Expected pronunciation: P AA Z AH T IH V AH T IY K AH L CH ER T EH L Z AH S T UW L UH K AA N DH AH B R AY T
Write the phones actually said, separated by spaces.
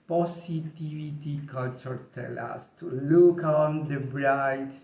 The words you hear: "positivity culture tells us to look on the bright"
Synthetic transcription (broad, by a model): P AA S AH T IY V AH T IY K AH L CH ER T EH L AH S T UW L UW K AA N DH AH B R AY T